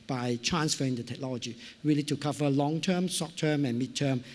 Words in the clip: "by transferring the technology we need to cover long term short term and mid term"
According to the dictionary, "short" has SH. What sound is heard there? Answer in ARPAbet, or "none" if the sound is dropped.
S